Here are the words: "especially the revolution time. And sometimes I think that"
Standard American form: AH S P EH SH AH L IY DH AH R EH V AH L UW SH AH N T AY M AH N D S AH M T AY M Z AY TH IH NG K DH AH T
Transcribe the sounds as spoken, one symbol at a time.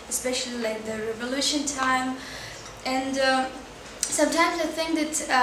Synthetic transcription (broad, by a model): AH S P EH SH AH L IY DH AH R EH V AH L UW SH AH N T AY M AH N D S AH M T AY M Z AY TH IH NG K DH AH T